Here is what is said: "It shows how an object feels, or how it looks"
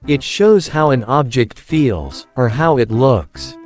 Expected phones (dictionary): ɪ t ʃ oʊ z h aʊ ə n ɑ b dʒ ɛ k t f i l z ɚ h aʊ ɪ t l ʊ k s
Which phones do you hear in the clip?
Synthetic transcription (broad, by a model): ɪ t ʃ oʊ z h aʊ ə n ɑ b dʒ ɛ k t f i l z ɚ h aʊ ɪ t l ʊ k s